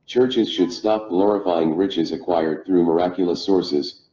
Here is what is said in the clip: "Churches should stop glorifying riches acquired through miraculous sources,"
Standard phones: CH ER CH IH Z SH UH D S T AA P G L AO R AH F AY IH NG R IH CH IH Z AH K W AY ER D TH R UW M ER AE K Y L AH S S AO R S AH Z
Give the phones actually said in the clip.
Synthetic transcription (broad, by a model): CH ER CH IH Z SH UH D S T AA P G L AO R AH F AY IH NG R IH CH IH Z AH K W AY ER D TH R UW M ER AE K Y L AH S S AO R S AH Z